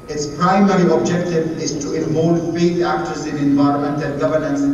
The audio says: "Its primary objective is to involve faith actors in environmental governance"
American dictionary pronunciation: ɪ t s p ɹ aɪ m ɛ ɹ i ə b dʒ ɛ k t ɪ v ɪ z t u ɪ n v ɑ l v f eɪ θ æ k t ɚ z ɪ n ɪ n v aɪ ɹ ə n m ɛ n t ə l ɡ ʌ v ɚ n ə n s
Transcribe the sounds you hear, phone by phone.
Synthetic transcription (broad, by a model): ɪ t s p ɹ aɪ m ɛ ɹ i ə b dʒ ɛ k t ɪ v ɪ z t u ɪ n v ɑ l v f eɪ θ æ k t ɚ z ɪ n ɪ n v aɪ ɹ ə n m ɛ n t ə n ɡ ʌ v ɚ n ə n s